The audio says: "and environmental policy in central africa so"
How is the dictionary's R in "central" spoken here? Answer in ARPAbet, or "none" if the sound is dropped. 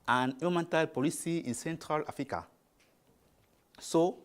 R